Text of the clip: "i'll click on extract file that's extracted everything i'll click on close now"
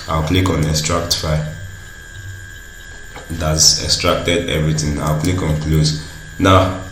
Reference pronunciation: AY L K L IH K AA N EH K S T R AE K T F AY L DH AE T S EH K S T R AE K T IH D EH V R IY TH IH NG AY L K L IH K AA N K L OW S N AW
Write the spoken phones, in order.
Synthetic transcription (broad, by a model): AY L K L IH K AA N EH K S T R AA K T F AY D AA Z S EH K S T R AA K T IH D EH V R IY T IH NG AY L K L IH K AA N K L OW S N AW